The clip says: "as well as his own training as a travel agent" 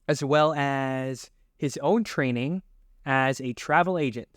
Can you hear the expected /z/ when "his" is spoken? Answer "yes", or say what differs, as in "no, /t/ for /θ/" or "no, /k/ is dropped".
yes